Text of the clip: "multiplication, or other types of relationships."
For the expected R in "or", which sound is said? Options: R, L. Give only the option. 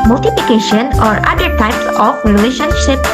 R